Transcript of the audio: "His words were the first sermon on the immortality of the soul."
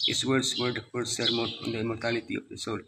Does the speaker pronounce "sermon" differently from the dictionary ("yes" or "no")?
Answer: yes